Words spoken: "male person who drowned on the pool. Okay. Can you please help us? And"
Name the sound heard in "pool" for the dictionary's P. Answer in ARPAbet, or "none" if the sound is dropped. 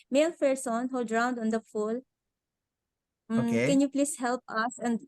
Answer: F